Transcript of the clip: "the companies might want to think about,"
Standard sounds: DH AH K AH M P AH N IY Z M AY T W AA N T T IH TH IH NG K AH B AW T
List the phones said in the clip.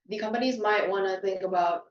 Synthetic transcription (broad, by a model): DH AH K AH M P AH N IY Z M AY T W AA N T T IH TH IH NG K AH B AW T